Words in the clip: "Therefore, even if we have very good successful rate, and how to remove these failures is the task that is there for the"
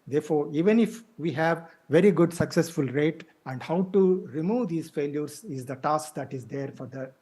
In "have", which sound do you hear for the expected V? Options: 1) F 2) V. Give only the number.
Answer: 2